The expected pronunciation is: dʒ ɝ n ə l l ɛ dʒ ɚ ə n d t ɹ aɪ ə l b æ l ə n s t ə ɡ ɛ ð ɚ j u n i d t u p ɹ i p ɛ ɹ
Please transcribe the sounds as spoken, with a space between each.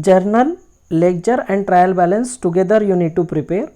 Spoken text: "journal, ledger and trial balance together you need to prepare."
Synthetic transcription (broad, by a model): dʒ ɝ n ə l l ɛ tʃ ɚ ə n d t ɹ aɪ ə l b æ l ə n s t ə ɡ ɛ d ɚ j u n i d t u p ɹ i p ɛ ɹ